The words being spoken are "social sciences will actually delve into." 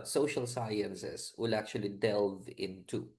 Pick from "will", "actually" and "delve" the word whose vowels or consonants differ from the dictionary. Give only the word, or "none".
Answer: none